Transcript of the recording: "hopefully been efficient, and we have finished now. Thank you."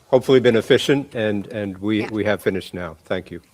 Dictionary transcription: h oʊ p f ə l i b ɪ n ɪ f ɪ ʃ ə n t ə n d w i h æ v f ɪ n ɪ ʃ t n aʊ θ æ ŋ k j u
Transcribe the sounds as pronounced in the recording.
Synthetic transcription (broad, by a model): h oʊ p f l i b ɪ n ɪ f ɪ ʃ ə n t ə n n w i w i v f ɪ n ɪ ʃ t n aʊ θ æ ŋ k j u